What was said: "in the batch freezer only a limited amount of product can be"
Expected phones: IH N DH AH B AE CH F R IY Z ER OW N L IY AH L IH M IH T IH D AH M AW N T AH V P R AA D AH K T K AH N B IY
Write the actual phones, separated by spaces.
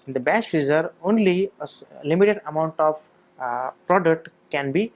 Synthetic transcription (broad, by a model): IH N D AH B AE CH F IY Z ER OW N L IY AH L IH M IH T IH D AH M AW N T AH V P R AA D AH K T K AH N B IY